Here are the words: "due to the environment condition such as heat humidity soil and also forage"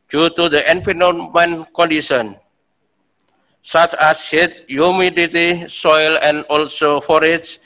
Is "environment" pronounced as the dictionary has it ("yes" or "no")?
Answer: no